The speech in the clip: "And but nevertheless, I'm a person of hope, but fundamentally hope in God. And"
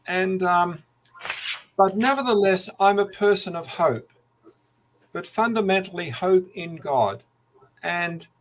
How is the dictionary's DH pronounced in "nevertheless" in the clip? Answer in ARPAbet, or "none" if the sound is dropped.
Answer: DH